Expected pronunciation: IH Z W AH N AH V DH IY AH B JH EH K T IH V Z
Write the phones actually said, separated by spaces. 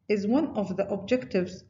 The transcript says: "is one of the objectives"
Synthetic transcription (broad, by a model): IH Z W AH N AH V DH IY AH B JH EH K T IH V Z